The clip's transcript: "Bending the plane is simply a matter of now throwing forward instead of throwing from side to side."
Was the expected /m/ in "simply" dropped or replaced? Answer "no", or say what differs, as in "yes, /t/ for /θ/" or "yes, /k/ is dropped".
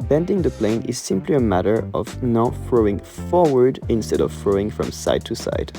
no